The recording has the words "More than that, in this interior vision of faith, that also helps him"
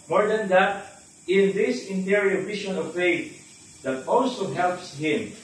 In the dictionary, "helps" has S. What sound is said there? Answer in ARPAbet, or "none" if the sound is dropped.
S